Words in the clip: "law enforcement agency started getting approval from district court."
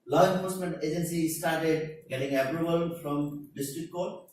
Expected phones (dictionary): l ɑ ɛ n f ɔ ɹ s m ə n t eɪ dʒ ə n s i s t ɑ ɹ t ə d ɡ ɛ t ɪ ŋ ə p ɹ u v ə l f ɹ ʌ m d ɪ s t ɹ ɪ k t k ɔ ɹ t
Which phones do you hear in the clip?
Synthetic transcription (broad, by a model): l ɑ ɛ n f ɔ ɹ s m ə n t eɪ dʒ ə n s i s t ɑ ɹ t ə d ɡ ɛ t ɪ ŋ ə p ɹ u b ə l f ɹ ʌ m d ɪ s t ɹ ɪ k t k ɔ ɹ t